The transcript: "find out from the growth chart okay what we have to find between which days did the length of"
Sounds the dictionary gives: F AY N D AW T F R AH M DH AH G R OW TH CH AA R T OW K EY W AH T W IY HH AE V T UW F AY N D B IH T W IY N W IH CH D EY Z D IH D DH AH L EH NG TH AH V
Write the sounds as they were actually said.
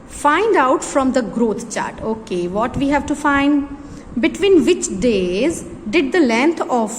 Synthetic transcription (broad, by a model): F AY N D AW T F R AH M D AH G R OW T CH AA R T OW K EY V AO T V IY HH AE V T UW F AY N D B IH T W IY N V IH CH D EY Z D IH D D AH L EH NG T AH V